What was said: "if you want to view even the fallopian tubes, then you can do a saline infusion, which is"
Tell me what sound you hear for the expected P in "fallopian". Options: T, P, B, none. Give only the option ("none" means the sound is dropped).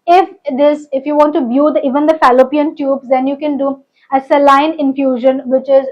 P